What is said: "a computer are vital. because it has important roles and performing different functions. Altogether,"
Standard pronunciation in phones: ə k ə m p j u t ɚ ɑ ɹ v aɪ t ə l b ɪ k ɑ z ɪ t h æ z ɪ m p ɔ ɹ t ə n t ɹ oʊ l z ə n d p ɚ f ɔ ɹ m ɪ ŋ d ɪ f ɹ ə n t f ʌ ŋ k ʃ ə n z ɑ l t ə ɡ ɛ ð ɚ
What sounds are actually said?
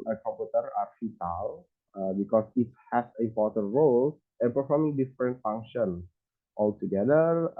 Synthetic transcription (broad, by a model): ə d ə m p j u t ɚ ɑ ɹ f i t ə l b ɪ k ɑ s ɪ t h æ s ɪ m p ɔ ɹ t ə n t ɹ oʊ l ə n p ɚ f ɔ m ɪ ŋ d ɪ f ɹ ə n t f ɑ ŋ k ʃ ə n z ɑ l t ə ɡ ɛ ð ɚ